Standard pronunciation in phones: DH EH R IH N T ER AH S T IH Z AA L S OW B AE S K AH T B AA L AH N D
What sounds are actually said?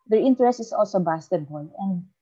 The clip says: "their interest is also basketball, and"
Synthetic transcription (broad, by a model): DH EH R IH N T ER AH S T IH S AA L S OW B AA S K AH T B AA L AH N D